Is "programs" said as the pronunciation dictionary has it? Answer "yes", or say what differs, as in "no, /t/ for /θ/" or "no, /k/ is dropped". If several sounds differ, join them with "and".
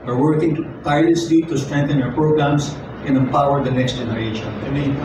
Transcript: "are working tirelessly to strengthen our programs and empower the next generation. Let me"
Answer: no, /s/ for /z/